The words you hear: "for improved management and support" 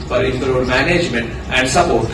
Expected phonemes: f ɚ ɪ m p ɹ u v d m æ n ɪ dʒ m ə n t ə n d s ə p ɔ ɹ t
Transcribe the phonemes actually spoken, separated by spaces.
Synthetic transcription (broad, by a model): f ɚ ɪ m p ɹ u d m æ n ɪ dʒ m ə n t ə n d s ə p ɔ ɹ t